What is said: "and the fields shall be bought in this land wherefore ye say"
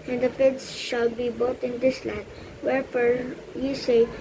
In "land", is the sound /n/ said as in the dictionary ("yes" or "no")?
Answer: no